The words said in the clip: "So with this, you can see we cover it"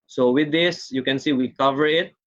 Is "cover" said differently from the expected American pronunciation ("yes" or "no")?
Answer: no